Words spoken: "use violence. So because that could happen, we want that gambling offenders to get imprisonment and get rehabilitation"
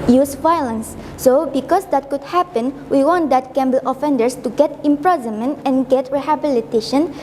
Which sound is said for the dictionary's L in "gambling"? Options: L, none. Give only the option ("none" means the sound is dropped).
none